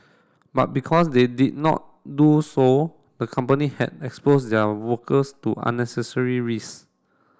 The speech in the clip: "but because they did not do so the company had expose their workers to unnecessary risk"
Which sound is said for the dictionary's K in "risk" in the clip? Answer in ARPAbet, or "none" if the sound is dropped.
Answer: none